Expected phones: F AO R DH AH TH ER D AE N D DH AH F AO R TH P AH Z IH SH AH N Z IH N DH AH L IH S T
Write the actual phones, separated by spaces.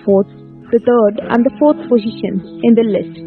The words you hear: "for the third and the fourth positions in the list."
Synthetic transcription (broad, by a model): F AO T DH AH T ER D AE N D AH F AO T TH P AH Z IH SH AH N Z IH N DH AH L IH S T